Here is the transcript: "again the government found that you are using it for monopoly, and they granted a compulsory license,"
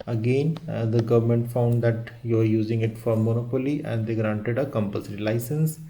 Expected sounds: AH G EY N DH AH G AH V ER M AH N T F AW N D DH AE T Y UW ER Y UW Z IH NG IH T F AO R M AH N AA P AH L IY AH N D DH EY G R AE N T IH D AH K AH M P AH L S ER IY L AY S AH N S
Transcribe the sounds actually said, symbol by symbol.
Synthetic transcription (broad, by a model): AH G EY N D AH G AH V ER M AH N T F AW N D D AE T Y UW ER Y UW Z IH NG IH T F AO R M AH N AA P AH L IY AH N D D EY G R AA N T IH D AH K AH M P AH S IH IY L AY S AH N S